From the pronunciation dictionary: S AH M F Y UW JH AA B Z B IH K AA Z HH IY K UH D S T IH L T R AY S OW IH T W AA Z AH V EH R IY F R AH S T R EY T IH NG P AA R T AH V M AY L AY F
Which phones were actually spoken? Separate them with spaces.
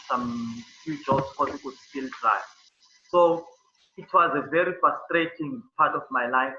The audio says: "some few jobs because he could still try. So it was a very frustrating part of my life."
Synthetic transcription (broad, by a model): S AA M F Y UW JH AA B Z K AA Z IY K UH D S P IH L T R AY S OW IH T W AA Z AH V EH R IY F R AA S T R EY T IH NG P AA T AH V M AY L AY F